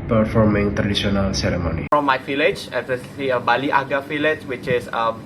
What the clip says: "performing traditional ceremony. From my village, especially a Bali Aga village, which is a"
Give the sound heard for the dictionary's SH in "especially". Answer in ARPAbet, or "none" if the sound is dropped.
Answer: S